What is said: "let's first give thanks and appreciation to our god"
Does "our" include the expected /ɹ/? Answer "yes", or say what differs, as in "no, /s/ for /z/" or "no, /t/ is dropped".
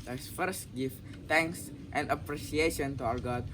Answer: no, /w/ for /ɹ/